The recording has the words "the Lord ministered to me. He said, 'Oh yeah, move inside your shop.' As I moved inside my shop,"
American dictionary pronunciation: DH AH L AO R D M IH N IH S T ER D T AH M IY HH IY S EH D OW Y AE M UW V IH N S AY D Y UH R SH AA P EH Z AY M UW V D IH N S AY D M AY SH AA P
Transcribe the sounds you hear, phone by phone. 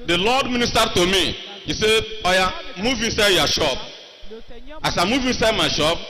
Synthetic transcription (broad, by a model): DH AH L AO D M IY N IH S T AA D T AH M IY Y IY S EH D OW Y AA M UW V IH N S AY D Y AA SH AA P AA S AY M UW V IH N S AY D M AY SH AA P